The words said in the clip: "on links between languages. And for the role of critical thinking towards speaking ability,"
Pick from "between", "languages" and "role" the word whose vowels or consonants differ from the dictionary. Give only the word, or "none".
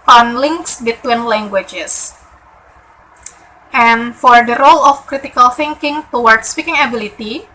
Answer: languages